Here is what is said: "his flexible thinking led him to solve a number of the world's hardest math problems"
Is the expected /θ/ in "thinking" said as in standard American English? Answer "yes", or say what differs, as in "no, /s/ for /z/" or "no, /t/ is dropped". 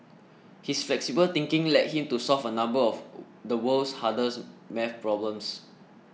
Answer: no, /t/ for /θ/